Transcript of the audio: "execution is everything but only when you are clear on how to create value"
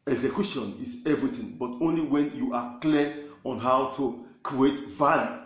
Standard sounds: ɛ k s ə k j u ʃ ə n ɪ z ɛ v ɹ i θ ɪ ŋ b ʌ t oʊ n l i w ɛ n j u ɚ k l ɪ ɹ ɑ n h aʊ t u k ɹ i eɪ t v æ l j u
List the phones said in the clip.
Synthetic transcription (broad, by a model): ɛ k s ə k j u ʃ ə n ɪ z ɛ v ɹ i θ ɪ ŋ b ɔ t oʊ n l i w ɛ n j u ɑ k l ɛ ɑ n h aʊ t u k ɹ i eɪ t v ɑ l j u